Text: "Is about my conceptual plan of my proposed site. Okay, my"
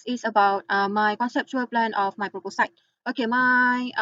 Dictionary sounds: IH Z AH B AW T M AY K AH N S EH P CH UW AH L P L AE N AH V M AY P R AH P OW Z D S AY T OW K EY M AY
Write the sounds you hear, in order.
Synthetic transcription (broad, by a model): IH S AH B AW T M AY K AH N S EH P CH UW AH L P L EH N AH F M AY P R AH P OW S AY T OW K EY M AY